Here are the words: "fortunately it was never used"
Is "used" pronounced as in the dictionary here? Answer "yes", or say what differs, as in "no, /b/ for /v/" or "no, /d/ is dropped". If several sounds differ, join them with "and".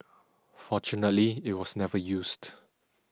no, /s/ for /z/